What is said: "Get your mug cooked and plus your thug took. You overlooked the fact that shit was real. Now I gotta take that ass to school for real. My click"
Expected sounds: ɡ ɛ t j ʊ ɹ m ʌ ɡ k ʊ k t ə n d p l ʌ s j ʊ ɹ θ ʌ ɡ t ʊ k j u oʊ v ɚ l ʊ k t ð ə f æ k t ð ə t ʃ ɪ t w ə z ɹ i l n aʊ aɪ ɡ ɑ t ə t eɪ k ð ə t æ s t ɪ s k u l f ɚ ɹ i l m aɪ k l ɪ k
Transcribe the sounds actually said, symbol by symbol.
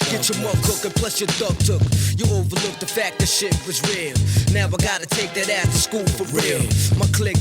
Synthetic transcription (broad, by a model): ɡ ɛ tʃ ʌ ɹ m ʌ k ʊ k ə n p l ʌ s j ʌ ɹ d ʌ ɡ t ʊ k j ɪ oʊ v ɚ l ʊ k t ð ə f æ k t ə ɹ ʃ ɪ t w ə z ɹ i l n aʊ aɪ ɡ ɑ t ə t eɪ k ð ə t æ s t ɪ s k u l f ɚ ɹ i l m aɪ k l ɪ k